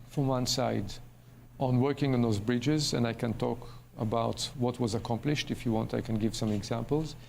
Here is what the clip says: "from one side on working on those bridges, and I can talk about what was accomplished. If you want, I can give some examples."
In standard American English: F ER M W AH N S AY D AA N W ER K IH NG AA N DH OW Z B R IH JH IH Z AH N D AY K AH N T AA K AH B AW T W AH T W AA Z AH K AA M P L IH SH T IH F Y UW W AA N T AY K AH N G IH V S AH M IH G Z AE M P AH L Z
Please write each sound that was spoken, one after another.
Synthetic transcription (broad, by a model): F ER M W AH N S AY D AA N W ER K IH NG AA N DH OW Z B R IH JH IH Z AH N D AY K AH N T AA K AH B AW T W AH T W AA Z AH K AA M P L IH SH T IH F Y UW W AA N T AY K AH N G IH V S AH M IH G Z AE M P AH L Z